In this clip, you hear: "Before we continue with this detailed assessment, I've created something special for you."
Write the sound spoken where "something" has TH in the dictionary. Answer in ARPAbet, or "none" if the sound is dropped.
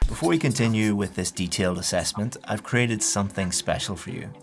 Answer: TH